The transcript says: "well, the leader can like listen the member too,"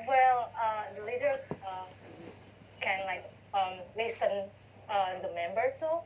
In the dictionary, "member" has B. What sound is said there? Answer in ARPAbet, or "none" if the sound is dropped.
B